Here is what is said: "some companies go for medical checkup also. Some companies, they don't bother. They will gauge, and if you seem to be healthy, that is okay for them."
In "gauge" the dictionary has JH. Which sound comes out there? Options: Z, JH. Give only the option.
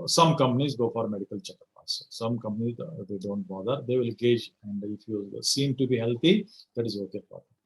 JH